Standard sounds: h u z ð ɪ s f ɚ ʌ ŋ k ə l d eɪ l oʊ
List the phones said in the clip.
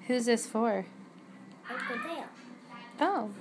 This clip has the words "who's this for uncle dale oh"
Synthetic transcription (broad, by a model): h u z ð ɪ s f ɚ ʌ k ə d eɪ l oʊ